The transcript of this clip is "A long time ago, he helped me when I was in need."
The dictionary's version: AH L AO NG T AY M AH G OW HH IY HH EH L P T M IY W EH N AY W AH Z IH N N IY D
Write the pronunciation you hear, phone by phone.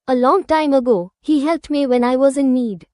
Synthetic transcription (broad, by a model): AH L AO NG T AY M AH G OW HH IY HH EH L P T M IY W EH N AY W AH Z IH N N IY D